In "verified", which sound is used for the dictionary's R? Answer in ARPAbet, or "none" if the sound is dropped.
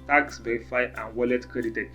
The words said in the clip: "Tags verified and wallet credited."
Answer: none